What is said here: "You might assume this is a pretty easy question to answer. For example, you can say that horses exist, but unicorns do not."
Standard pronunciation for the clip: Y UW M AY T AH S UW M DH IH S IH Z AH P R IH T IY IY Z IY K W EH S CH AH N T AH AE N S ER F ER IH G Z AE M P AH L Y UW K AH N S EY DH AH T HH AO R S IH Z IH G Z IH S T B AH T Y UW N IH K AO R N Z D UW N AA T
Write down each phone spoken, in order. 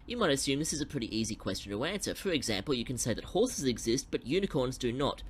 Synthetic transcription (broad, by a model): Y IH M AY T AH S UW M DH IH S IH Z AH P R IH T IY IY Z IY K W EH S CH N T AH AE N S ER F ER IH G Z AE M P L Y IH K AH N S EY DH AH T HH AO R S IH Z IH G Z IH S T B AH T Y UW N IH K AO R N Z D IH N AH T